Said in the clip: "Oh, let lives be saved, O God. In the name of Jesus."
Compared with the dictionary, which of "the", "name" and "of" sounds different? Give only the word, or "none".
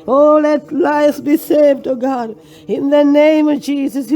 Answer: none